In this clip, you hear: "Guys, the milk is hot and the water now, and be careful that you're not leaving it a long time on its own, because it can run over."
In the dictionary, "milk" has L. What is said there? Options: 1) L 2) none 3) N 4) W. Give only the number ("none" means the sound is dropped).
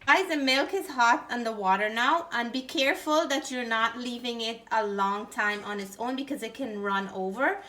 1